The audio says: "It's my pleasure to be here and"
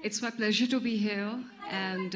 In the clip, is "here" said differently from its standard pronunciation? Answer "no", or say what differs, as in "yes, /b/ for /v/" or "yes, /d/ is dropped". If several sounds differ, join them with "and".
yes, /l/ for /ɹ/